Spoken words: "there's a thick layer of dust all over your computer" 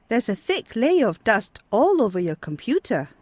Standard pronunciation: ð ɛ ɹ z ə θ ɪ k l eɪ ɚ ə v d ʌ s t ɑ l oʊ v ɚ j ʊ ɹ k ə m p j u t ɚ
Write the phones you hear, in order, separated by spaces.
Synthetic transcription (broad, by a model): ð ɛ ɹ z ə θ ɪ k l eɪ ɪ ə v d ʌ s t ɑ l oʊ v ɚ j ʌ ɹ k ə m p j u t ɚ